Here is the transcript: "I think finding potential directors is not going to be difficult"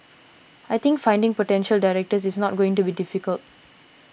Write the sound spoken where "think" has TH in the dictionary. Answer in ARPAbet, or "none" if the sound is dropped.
T